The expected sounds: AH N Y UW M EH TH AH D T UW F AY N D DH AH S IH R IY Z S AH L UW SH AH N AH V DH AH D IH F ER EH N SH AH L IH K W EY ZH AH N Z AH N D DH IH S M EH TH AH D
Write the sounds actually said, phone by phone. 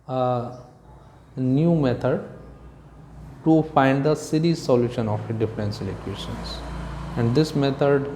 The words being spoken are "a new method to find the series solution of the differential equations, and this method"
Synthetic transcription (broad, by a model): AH N Y UW M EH T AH D T UW F AY N D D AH S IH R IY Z S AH L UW SH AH N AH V D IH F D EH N S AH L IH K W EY SH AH N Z AH N D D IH S M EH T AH D